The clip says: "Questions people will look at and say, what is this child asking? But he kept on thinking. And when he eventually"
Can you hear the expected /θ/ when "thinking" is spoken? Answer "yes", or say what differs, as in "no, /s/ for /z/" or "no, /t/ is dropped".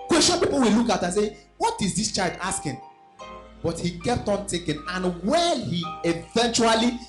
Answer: no, /t/ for /θ/